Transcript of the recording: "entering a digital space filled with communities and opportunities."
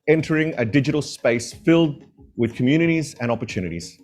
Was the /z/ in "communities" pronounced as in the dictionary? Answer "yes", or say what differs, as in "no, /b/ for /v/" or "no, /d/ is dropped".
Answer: yes